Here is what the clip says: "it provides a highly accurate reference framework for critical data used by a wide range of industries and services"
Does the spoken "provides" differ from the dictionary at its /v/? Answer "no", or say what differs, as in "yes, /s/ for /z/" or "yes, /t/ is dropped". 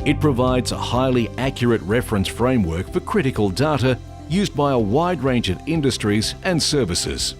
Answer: no